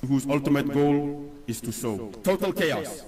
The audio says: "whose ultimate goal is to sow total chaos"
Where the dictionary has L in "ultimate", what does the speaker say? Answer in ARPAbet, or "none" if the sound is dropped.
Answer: L